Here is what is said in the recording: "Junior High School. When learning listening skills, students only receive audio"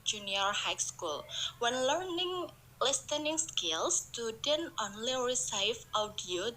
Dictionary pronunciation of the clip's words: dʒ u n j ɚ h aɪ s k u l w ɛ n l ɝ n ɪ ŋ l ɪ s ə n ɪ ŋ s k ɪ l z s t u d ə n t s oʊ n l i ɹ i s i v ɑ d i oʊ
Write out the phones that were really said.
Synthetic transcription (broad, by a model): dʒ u n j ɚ h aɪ s k u l w ɛ n l ɝ n ɪ ŋ l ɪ s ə n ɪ ŋ s k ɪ l s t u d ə n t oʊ n l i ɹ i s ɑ f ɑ d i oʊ